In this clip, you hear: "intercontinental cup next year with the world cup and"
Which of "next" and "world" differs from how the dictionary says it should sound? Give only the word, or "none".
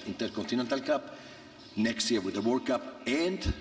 world